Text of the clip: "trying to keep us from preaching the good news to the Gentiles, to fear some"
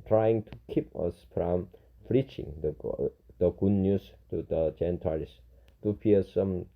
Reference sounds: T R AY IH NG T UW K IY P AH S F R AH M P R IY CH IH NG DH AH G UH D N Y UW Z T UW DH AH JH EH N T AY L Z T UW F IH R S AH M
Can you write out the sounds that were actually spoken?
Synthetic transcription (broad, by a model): T R AY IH NG T UW K IY P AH S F R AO M F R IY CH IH NG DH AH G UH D N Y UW S T UW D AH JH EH N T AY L S T UW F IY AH S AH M